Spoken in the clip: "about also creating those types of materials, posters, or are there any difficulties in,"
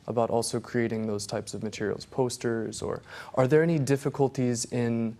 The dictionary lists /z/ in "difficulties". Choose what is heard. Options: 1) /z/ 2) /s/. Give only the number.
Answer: 1